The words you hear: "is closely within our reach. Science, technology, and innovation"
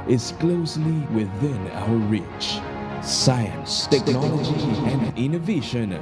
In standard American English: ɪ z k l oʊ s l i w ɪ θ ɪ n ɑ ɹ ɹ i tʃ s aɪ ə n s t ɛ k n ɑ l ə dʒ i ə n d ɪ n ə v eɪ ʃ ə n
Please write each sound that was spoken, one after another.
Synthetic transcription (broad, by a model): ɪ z k l oʊ s l i w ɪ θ ɪ n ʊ l ɹ i tʃ s aɪ ə n s t ɛ k n ɑ l ə dʒ i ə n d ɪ n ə v eɪ ʃ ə n